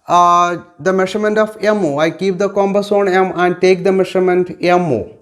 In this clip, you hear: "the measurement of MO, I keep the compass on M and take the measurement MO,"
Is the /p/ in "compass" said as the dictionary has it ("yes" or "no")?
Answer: no